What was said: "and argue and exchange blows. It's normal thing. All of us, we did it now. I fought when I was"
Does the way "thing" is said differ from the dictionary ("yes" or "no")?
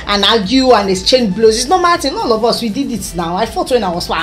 yes